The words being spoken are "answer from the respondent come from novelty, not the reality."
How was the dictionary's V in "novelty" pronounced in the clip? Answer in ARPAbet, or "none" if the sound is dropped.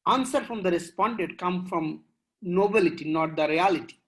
B